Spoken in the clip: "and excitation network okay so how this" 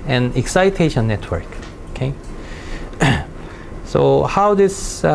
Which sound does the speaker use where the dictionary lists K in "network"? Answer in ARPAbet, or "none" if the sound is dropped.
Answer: K